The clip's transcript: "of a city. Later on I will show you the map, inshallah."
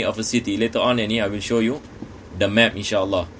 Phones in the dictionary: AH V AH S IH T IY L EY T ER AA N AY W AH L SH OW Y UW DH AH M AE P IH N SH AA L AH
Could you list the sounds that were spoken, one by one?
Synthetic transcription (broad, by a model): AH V AH S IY T IY L EY T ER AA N AY W AH L SH OW Y UW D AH M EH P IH N SH AA L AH